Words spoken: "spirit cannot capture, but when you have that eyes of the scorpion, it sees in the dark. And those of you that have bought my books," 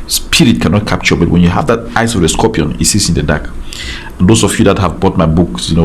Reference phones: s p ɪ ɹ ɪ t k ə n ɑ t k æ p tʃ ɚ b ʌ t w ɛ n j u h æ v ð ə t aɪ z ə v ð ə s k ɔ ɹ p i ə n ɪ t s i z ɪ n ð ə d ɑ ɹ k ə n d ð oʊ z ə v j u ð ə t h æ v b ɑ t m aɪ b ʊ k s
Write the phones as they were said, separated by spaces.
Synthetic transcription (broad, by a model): s p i ɹ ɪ t k ə n ɑ t k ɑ p tʃ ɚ b ʌ t w ɛ n j u h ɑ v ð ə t aɪ s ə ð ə s k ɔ p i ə n ɪ t s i s ɪ n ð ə d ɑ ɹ k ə n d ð oʊ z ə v j u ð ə t h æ v b ɑ t m aɪ b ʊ k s